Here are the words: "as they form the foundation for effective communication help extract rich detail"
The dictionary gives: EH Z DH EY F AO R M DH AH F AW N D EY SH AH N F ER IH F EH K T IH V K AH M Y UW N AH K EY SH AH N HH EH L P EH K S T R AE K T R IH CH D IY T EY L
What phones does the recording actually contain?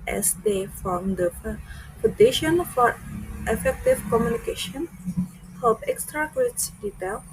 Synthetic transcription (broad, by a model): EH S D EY F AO M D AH P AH D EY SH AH N F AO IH F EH K T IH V K AH M Y UW N AH K EY SH AH N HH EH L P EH K S T R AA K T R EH S D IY T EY L